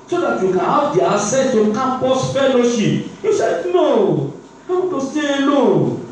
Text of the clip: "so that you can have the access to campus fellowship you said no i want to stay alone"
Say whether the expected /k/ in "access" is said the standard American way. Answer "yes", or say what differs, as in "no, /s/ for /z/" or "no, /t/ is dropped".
no, /k/ is dropped